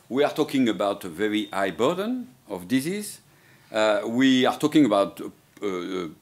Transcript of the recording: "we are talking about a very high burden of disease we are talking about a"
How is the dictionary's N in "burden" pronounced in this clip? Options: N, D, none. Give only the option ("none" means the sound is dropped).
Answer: N